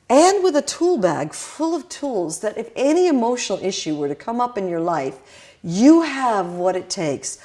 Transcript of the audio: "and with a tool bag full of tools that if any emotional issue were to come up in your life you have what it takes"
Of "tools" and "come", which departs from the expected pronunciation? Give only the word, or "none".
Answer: none